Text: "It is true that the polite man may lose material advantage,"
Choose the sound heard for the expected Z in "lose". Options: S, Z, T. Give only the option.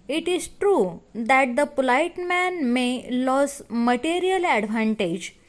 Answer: S